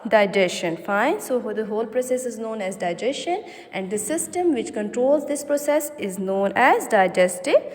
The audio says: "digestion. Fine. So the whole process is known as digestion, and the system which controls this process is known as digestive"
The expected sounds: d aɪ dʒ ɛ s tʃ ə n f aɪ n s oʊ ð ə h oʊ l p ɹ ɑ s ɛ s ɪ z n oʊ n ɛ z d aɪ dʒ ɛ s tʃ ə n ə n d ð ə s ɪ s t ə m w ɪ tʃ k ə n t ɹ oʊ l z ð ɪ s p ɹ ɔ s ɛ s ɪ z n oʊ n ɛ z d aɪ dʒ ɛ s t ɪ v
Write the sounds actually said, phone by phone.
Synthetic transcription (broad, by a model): d aɪ dʒ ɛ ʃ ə n f aɪ n s oʊ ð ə h oʊ l p ɹ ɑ s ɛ s ɪ z n oʊ n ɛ z d aɪ dʒ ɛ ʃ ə n ə n d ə s ɪ s t ə m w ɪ tʃ k ə n t ɹ oʊ l z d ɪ s p ɹ ɔ s ɛ s ɪ z n oʊ n ɛ z d aɪ dʒ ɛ s t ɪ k